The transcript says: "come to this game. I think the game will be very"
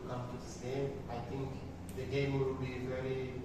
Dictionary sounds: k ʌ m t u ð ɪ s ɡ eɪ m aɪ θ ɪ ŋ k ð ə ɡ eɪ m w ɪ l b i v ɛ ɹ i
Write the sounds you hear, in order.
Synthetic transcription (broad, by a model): k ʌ m t u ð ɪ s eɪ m aɪ t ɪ ŋ k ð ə ɡ eɪ m w ɪ l b i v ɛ ɹ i